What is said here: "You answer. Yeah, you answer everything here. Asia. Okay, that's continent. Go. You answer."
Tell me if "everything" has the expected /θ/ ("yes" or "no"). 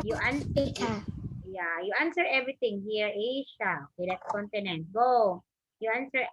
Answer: no